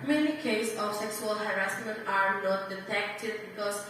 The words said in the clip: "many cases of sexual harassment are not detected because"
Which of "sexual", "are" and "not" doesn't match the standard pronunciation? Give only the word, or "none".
sexual